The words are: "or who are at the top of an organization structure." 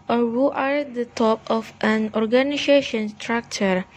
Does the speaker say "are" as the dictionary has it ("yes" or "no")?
yes